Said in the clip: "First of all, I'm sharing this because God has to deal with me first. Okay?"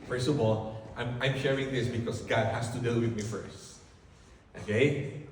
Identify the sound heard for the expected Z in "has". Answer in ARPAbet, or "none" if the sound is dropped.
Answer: S